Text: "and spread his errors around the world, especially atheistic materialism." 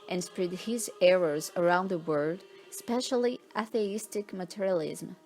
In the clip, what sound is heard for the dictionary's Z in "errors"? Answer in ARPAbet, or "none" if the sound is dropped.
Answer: Z